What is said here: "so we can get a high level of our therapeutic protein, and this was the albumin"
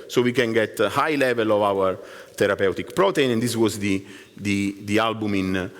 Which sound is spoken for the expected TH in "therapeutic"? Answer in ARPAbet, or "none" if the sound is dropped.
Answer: T